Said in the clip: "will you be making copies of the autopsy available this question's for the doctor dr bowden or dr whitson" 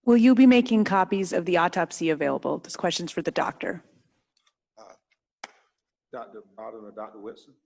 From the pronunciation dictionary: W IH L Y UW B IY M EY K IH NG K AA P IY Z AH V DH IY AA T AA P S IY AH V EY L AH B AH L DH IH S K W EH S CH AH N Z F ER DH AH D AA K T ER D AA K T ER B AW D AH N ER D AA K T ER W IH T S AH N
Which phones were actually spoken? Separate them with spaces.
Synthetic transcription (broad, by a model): W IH L Y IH B IY M EY K IH NG K AA P IY Z AH V DH IY AA T AA P S IY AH V EY L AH B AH L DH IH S K W EH S CH AH N Z F ER DH AH D AA K T ER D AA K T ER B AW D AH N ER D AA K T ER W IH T S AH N